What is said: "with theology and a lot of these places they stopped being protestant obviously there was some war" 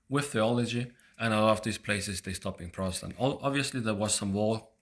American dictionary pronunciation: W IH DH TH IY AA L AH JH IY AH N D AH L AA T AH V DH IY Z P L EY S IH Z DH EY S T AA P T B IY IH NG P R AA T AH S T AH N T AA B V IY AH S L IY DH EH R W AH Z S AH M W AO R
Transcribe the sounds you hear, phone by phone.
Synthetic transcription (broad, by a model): W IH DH TH IY AA L AH JH IY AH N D AH L AA T AH V DH IY Z P L EY S IH Z DH EY S T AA P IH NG P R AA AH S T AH N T AA B V IY AH S L IY DH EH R W AH Z S AH M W AO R